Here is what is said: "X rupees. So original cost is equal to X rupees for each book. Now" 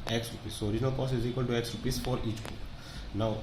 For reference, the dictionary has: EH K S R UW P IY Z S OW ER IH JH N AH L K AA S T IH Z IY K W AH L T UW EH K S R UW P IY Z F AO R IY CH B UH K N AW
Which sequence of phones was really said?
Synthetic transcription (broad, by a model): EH K S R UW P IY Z S OW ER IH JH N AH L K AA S IH Z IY K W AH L T UW EH K S R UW P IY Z F AO R IY CH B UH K N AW